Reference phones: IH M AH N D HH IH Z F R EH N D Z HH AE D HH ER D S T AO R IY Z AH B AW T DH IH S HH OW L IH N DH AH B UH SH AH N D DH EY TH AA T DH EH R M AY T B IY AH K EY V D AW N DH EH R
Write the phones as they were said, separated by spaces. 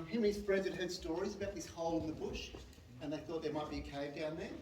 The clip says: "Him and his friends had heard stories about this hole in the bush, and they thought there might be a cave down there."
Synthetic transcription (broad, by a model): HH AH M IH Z F R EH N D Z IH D HH ER D S T AO R IY Z AH B AW T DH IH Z HH OW L IH N DH AH B UH SH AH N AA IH TH AA T DH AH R M AY T B IY AH K EY V D AW N DH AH R